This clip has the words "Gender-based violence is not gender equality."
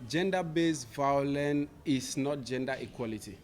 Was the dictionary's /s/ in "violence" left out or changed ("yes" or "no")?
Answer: yes